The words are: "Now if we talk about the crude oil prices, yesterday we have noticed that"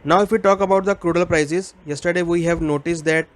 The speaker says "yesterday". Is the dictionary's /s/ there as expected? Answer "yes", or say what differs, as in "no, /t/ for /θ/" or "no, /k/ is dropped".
yes